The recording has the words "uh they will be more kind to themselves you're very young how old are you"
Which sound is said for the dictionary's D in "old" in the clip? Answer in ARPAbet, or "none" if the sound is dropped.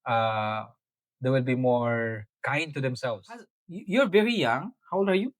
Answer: none